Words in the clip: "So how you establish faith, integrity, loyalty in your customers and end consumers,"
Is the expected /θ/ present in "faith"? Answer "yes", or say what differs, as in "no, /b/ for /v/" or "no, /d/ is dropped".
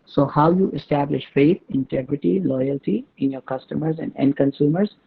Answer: no, /t/ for /θ/